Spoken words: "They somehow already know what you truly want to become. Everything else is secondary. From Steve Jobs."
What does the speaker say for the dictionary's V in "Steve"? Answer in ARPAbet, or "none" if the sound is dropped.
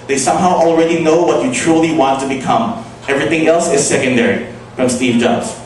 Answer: V